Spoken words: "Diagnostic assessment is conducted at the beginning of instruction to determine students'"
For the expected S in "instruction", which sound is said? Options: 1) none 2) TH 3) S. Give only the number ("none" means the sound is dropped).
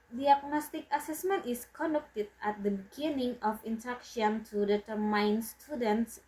1